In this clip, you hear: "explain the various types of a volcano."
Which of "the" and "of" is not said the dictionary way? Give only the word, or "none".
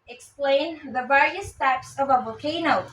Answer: none